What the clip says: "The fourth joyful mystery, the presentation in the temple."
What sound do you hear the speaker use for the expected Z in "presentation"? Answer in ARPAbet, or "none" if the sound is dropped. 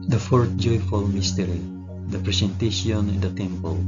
S